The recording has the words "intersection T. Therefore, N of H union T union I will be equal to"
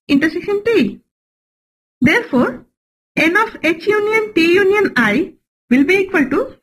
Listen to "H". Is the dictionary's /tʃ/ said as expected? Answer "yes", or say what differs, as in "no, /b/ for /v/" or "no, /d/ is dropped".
yes